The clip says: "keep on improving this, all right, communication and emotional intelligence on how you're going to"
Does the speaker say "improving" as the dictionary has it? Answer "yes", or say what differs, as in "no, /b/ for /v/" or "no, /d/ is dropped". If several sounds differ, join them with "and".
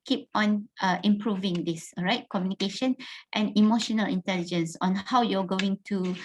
yes